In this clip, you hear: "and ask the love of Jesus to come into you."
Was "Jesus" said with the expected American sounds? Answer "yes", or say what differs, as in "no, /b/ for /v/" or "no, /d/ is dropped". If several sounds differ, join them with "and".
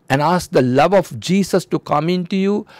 no, /s/ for /z/